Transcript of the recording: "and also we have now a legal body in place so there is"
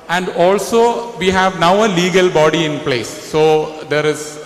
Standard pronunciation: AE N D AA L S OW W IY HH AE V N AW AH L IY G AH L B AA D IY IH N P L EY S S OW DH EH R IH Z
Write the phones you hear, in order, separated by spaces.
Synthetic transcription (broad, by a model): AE N D AA L S OW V IY HH AE V N AW AH L IY G AH L B AA D IY IH N P L EY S S OW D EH R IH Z